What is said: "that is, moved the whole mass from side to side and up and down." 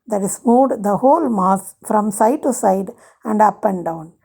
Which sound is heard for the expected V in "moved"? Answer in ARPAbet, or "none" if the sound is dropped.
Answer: none